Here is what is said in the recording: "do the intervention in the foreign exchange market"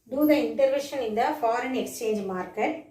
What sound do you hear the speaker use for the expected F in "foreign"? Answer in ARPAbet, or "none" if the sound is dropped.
F